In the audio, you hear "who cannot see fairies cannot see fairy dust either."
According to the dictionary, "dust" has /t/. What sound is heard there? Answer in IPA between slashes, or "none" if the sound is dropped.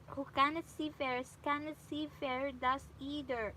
none